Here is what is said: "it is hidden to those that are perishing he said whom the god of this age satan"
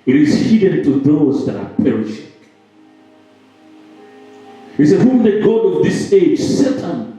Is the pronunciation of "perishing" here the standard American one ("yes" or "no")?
yes